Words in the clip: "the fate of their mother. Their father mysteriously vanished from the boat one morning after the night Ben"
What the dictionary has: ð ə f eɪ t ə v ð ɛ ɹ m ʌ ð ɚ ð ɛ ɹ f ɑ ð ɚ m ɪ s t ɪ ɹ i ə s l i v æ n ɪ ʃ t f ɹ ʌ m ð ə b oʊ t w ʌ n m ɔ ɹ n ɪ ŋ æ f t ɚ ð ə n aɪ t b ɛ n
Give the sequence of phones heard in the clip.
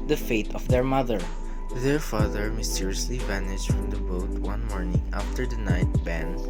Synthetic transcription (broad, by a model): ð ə f eɪ t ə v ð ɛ ɹ m ʌ ð ɚ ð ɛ ɹ f ɑ ð ɚ m ɪ s t ɪ ɹ i ə s l i v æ n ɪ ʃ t f ɹ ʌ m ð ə b oʊ t w ʌ n m ɔ ɹ n ɪ ŋ æ f t ɚ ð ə n aɪ t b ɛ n